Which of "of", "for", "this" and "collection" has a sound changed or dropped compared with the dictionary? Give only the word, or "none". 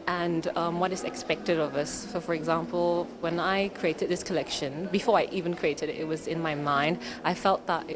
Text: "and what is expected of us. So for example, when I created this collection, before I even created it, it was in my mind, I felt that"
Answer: none